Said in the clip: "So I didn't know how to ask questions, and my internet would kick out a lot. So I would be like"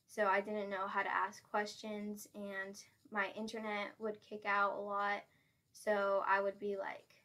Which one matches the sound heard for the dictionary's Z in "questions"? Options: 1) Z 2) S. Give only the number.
1